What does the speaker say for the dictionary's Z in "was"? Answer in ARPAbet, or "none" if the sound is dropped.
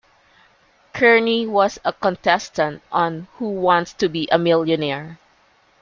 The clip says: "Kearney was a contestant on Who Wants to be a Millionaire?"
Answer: S